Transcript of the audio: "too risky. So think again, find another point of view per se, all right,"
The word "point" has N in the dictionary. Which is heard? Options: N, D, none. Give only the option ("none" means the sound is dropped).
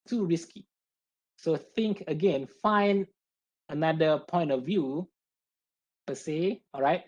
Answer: N